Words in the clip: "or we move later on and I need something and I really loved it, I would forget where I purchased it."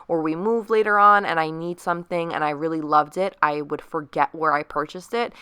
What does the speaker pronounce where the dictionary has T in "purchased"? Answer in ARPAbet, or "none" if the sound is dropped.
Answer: T